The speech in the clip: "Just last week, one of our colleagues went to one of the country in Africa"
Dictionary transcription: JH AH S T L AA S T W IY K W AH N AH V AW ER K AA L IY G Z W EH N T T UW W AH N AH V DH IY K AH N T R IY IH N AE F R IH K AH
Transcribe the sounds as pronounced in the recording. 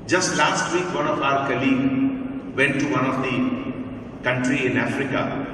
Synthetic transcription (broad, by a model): JH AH S T L AA S T W IY K W AH N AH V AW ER K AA L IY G W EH N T T UW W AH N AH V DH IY K AH N T R IY IH N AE F R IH K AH